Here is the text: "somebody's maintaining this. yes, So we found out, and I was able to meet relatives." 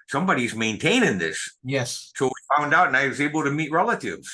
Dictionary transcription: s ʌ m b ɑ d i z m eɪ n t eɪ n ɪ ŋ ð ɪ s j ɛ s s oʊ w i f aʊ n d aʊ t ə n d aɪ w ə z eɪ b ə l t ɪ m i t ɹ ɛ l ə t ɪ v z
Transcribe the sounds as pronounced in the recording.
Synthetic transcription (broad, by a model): s ʌ m b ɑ d i z m eɪ n t eɪ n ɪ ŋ ð ɪ s j ɛ s s oʊ w i f aʊ n d aʊ t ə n aɪ w ə z eɪ b l t ɪ m i t ɹ ɛ l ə t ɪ v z